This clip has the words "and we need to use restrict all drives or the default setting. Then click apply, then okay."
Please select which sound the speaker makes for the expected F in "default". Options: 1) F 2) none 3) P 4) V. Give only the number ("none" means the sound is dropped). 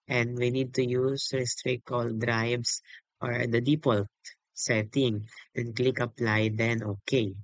3